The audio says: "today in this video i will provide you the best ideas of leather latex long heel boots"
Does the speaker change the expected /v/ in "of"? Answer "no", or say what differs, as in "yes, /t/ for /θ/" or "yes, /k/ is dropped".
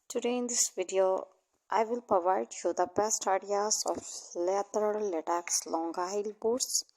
yes, /f/ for /v/